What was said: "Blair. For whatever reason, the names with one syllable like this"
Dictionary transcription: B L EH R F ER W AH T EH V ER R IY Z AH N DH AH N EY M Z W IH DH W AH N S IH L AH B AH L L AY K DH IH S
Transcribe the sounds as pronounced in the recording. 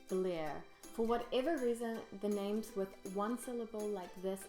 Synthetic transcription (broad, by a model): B L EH R F ER W AH T EH V ER R IY Z AH N DH AH N EY M Z W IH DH W AH N S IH L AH B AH L L AY K DH IH S